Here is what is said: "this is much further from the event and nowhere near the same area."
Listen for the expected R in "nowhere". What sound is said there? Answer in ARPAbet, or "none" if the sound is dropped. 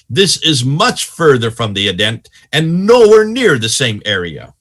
R